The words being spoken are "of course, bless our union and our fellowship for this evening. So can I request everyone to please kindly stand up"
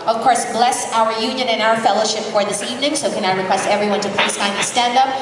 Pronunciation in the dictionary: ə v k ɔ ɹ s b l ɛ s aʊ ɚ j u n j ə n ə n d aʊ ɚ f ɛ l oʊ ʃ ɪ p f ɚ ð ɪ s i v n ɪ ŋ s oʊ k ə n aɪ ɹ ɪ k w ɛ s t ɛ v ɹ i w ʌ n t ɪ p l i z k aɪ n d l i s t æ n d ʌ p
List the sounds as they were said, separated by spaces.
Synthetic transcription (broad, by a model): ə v k ɔ ɹ s b l ɛ s aʊ ɚ j u n j ə n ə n aʊ ɚ f ɛ l oʊ ʃ ɪ p f ɚ ð ɪ s i v n ɪ ŋ s oʊ k ə n aɪ ɹ ɪ k w ɛ s t ɛ v ɹ i w ʌ n t ɪ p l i s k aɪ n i s t æ n d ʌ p